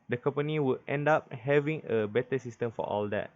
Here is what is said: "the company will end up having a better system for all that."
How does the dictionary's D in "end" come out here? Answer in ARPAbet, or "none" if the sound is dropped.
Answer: D